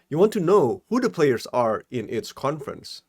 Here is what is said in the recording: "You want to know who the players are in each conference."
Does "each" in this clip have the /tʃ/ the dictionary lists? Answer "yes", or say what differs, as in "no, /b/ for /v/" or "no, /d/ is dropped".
no, /s/ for /tʃ/